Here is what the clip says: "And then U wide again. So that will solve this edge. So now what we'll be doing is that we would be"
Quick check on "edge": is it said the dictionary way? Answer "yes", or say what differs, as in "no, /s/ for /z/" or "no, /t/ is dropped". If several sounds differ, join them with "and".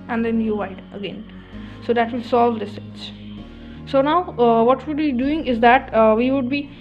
no, /tʃ/ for /dʒ/